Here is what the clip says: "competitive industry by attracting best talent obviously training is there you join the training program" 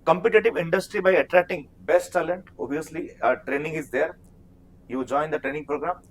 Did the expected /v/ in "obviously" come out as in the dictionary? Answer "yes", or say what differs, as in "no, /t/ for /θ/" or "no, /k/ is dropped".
no, /v/ is dropped